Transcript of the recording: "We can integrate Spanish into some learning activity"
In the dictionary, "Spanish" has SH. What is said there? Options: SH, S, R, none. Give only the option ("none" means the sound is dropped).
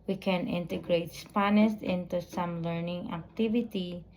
S